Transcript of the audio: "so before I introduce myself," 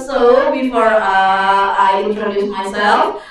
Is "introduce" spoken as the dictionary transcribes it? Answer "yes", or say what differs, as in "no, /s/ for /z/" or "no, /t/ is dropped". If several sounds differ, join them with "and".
no, /n/ is dropped